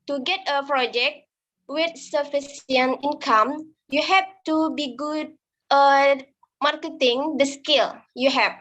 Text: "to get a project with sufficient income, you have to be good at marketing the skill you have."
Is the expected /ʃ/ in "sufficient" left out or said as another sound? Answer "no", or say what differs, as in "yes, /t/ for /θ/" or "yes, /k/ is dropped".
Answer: yes, /s/ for /ʃ/